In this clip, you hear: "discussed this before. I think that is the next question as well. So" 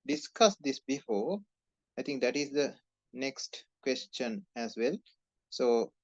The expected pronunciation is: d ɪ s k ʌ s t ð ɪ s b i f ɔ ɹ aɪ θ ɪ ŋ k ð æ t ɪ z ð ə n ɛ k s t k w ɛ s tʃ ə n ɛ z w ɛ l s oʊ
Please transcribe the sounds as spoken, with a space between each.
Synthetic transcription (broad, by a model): d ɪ s k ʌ s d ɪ s b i f ɔ aɪ t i ŋ k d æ t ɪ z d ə n ɛ k s t k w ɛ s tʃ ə n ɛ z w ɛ l s oʊ